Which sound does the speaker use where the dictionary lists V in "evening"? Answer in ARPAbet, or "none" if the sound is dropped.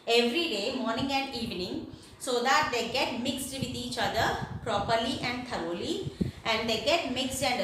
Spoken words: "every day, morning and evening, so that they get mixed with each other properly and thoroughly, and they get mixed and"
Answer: V